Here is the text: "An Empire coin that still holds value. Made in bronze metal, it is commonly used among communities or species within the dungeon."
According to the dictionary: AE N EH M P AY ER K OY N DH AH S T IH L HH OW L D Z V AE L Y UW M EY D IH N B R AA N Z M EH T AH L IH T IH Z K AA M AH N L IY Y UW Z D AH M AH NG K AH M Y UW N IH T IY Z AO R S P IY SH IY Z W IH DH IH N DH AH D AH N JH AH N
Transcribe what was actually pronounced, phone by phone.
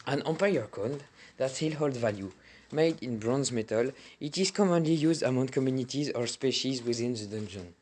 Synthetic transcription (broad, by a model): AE N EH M P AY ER K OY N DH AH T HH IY L HH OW L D V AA L Y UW M EY D IH N B R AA N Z M EH T AH L IH T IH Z K AA M AH N L IY Y UW Z D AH M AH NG K AH M Y UW N IH T IY Z AO R S P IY SH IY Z W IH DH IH N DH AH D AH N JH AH N